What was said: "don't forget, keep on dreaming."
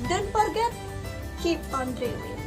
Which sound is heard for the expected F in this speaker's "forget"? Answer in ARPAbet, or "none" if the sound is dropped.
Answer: P